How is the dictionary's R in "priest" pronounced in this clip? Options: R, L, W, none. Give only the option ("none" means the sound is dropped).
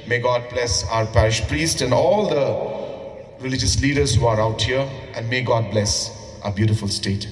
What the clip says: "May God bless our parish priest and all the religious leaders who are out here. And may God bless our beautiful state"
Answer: R